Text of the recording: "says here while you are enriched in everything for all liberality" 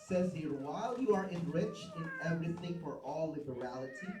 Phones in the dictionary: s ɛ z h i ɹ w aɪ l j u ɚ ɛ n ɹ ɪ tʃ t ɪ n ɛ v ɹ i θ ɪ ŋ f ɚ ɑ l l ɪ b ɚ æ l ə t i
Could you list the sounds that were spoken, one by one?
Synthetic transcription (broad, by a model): s ɛ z h i ɹ w aɪ l j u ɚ ɛ n ɹ ɪ tʃ t ɪ n ɛ v ɹ i θ ɪ ŋ f ɚ ɑ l l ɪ b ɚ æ l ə t i